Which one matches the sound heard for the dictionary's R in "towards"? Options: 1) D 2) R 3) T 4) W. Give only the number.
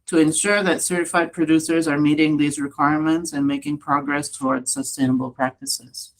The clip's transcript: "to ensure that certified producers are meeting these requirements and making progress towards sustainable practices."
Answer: 2